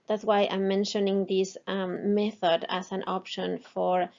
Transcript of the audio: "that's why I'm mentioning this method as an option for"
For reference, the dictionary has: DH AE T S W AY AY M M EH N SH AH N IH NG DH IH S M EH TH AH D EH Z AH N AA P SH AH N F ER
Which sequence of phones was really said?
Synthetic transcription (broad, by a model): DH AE T S W AY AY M M EH N SH AH N IH NG DH IH S M EH TH AH D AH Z AH N AA P SH AH N F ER